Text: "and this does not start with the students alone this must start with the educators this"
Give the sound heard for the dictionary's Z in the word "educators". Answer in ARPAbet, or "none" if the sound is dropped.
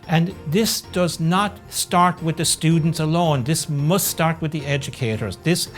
Z